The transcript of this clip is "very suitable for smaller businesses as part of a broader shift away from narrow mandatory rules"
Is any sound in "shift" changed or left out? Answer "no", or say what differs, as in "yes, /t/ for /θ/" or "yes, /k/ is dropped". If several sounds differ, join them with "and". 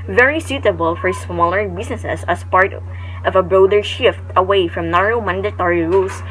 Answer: no